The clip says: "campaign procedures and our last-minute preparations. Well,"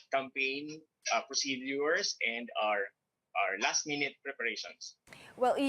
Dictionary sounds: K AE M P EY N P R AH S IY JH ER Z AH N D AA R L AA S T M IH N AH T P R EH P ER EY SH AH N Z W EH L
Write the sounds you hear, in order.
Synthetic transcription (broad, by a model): K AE M P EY N P R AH S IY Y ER S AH N D AA R L AA S T M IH N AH T P R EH P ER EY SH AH N S W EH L